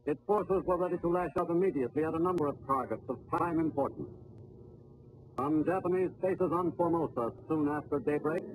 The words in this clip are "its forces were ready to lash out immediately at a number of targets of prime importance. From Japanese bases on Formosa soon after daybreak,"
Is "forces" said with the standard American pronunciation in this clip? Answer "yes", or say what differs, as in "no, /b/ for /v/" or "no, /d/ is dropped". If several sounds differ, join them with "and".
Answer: yes